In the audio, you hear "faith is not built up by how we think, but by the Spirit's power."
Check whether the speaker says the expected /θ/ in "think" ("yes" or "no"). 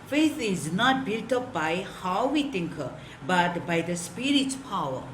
no